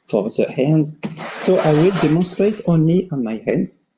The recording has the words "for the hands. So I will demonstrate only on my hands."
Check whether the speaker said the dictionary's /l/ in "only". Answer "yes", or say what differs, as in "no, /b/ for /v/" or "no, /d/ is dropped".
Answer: yes